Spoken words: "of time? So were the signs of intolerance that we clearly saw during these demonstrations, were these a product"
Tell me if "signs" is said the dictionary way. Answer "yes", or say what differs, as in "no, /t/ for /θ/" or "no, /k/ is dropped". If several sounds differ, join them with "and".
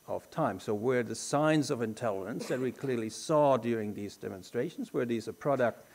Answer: yes